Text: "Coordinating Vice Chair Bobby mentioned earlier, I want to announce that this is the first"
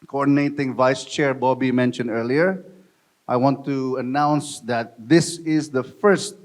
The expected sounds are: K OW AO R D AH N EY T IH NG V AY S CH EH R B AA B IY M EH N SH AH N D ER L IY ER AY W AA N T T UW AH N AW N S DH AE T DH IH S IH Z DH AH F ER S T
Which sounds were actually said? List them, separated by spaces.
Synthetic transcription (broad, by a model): K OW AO R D N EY T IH NG V AY S CH EH R B AA B IY M EH N SH AH N D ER L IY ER AY W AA N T T UW AH N AW N S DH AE T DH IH S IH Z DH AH F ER S T